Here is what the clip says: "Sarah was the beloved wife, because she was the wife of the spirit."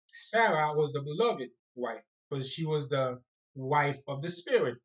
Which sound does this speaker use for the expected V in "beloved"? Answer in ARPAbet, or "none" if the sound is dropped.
V